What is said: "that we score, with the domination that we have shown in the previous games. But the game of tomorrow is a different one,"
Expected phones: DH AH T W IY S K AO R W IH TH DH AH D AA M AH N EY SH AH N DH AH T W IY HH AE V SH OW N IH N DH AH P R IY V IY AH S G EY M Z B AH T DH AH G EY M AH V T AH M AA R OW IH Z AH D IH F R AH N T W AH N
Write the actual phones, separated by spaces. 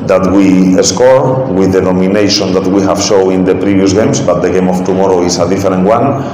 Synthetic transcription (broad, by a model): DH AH T W IY S K AO R W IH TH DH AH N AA M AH N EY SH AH N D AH T W IY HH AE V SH OW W IH N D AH P R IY B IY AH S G EY M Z B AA T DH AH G EY M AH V T AH M AA R OW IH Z AH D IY F R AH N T W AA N